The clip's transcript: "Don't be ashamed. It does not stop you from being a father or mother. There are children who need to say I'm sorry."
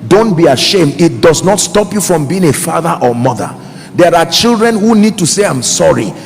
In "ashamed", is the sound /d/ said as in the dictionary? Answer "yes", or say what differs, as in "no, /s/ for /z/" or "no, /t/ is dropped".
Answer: yes